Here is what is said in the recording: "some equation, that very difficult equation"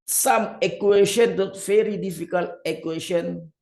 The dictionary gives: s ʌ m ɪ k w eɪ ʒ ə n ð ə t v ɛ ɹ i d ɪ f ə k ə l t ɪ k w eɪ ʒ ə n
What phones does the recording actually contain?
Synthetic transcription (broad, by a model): s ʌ m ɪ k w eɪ ʃ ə n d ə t f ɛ ɹ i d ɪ f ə k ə l ɪ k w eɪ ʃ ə n